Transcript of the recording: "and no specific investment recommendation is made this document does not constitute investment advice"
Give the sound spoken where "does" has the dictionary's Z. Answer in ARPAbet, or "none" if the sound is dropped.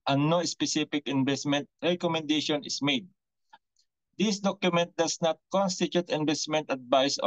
S